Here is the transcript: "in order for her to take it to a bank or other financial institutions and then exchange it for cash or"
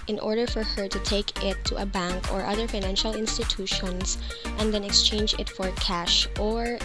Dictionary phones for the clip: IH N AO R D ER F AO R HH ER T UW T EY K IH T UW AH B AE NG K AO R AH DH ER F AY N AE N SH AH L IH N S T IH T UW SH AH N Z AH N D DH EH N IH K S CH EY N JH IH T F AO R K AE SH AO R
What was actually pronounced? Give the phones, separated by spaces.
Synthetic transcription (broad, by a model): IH N AO R D ER F AO R HH ER T UW T EY K IH T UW AH B AE NG K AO R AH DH ER F AY N AE N SH AH L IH N S T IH T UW SH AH N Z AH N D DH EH N IH K S CH EY N JH IH T F AO R K AE SH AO R